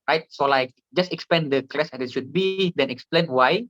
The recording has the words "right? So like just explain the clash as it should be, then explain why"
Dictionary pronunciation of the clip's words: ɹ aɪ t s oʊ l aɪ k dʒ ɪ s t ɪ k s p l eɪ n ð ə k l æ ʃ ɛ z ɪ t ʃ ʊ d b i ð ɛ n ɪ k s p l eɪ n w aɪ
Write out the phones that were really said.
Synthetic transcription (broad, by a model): ɹ aɪ t s oʊ l aɪ k dʒ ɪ s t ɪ k s p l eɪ n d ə k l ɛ s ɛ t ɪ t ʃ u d b i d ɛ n ɪ k s p l eɪ n w aɪ